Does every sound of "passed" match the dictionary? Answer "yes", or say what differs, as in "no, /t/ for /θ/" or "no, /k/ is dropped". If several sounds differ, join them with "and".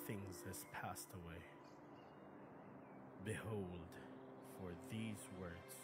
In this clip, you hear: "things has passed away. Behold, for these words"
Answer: yes